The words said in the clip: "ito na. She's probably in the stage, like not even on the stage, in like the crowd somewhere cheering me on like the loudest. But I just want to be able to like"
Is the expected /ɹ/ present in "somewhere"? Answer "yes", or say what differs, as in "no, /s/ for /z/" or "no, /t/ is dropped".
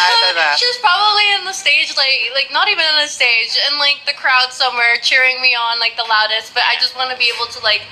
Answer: yes